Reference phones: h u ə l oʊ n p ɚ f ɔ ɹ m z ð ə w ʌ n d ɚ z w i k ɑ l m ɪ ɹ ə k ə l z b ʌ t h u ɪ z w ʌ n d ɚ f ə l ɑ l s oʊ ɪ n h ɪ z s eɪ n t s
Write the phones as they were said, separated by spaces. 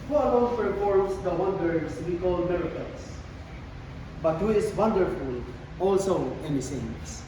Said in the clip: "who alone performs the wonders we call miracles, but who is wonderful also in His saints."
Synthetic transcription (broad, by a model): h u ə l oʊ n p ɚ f ɔ ɹ m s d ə w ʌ n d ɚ s w i k ɑ l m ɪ ɹ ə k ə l s b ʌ t h u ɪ s w ʌ n d ɚ f ə l ɑ l s oʊ ɪ n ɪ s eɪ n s